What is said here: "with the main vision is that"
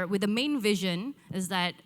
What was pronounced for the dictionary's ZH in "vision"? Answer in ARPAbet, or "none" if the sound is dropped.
ZH